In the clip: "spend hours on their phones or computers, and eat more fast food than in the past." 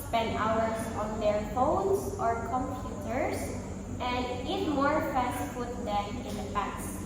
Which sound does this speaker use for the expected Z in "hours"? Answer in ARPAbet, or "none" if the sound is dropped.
S